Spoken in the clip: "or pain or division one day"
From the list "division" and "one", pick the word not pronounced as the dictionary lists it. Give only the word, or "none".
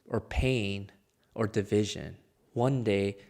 none